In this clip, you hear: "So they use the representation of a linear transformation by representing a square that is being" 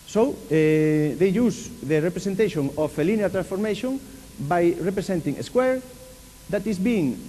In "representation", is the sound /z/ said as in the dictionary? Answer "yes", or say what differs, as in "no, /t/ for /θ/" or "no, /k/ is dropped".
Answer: no, /s/ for /z/